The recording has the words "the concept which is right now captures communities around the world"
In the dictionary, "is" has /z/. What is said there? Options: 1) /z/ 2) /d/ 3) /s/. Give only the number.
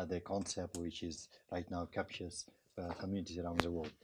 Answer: 1